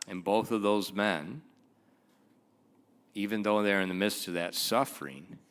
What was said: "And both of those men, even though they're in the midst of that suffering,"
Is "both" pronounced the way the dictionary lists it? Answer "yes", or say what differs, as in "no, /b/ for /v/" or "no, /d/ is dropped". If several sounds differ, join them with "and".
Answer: yes